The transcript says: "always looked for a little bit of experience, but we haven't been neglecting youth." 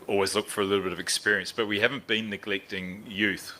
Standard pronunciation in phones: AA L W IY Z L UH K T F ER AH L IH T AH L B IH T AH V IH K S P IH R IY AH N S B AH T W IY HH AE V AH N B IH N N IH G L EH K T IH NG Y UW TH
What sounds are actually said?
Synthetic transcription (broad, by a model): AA L W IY Z L UH K T F ER AH L IH T L B IH T AH V IH K S P IH R IY AH N S B AH T W IY HH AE V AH N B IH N N IH G L EH K T IH NG Y UW TH